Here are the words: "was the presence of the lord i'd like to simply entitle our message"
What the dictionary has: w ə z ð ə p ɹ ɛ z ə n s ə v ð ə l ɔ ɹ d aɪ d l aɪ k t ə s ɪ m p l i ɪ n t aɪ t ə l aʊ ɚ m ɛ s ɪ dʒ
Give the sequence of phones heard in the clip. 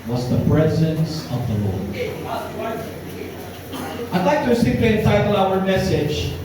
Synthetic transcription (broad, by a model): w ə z ð ə p ɹ ɛ z ə n s ə v ð ə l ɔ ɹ aɪ d l aɪ k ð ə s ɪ p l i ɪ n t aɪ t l aʊ ɚ m ɛ s ɪ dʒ